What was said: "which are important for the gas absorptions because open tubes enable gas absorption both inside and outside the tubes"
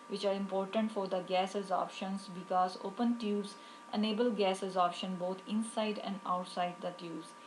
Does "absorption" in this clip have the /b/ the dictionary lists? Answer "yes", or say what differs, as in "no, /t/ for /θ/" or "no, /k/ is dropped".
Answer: no, /b/ is dropped